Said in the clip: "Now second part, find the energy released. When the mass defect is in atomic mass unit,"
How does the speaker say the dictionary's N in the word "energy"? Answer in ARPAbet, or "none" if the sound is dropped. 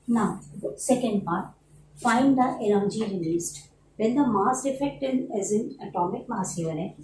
L